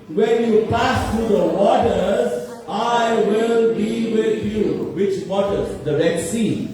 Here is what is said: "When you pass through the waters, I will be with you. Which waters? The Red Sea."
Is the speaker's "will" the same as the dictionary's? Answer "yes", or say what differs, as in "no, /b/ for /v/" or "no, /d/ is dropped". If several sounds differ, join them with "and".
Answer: yes